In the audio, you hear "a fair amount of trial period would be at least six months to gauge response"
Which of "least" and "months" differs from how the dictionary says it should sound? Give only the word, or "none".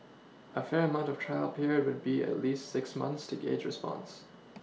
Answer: none